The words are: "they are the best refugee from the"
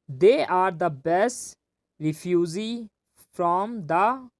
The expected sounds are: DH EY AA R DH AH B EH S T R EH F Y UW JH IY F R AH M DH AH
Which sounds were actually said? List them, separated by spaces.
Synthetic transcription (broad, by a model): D EY AA R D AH B EH S T R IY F Y UW Z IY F R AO M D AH